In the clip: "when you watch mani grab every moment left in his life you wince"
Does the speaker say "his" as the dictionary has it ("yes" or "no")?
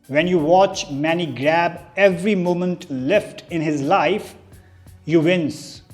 yes